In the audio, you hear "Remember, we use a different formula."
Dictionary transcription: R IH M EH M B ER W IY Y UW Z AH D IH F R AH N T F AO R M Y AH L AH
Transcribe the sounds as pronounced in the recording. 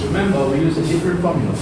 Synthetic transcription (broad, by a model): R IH M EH M B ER W IY Y UW Z AH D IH P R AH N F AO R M Y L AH